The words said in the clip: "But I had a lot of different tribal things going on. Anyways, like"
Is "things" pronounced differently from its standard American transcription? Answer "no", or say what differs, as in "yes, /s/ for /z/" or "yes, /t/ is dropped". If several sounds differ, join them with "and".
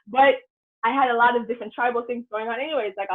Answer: no